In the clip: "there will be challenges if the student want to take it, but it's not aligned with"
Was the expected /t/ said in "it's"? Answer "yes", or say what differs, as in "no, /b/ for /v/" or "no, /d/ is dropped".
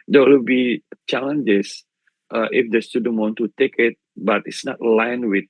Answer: yes